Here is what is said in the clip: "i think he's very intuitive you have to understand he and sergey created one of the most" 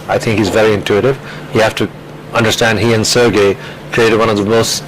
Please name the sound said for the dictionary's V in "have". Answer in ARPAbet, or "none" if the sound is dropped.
F